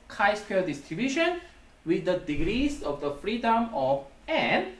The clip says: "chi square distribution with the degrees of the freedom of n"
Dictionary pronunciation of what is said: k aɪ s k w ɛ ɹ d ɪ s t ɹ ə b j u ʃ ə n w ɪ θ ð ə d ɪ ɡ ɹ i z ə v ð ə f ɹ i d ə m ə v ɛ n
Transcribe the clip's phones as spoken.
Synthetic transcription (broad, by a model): k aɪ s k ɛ l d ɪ s t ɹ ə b j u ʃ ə n w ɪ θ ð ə d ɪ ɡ ɹ i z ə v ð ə f ɹ i d ə m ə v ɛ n